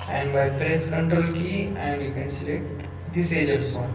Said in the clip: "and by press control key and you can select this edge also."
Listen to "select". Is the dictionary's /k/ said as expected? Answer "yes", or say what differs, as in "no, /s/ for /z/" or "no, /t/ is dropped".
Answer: no, /k/ is dropped